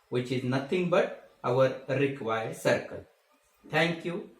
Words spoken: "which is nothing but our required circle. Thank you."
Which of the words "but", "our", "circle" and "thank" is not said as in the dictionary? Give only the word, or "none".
thank